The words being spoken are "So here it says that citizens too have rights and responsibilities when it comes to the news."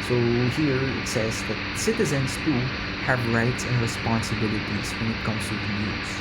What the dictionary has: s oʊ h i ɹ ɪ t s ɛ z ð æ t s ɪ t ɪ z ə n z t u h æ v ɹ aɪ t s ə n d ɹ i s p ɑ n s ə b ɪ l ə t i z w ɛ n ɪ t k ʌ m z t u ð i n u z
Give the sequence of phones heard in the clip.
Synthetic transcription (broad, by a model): s oʊ h i ɹ ɪ t s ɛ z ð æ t s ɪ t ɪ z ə n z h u h æ v ɹ aɪ t s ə n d ɹ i s p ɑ n s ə b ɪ l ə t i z w ɛ n ɪ t k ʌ m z t u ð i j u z